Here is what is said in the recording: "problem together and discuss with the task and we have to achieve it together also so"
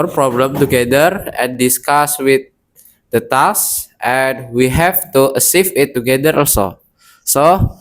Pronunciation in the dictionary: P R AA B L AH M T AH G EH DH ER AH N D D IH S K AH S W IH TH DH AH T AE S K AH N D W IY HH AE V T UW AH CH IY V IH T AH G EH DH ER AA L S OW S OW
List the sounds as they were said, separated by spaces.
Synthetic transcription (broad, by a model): P R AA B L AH M T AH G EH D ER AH N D D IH S K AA S W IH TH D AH T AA S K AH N W IY HH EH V T UW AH S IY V IH T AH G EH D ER AA L S OW S OW